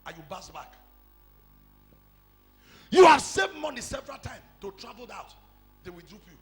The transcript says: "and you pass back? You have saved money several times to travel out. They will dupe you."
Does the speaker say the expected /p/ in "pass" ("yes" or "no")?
no